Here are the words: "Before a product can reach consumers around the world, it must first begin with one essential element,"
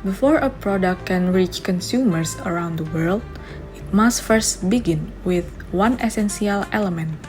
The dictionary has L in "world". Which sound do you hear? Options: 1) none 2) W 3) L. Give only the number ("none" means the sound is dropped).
3